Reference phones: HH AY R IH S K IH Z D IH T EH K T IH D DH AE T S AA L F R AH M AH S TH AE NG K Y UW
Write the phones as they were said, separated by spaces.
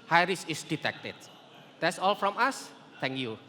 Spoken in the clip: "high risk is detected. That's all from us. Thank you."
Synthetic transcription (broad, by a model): HH AY R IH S IH S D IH T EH K T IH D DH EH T S AA L F R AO M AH S T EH NG K Y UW